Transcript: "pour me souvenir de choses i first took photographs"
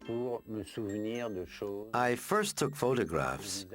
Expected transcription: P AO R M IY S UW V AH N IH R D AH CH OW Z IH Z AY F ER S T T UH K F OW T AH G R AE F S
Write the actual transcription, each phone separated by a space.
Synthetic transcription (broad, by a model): P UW R M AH S UW V N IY R D AH SH OW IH IH F ER S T T UH K F OW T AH G R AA F S